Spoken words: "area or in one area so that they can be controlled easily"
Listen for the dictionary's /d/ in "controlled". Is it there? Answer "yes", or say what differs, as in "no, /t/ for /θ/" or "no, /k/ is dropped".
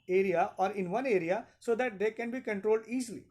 yes